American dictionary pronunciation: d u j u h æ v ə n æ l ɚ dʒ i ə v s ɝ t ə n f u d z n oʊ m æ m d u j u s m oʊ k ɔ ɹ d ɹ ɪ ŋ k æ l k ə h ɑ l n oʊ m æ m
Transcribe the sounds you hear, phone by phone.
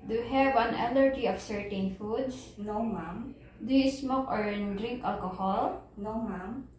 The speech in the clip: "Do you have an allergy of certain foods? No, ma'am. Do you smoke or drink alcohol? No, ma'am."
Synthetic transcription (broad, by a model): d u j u h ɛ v ə n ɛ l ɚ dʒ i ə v s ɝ t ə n f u d s n oʊ m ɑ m d u j u s m oʊ k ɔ ɹ d ɹ ɪ ŋ k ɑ l k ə h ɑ l n oʊ m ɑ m